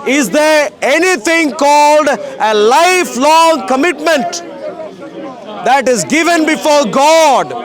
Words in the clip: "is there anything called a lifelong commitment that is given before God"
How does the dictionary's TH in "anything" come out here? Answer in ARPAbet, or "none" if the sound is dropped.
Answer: T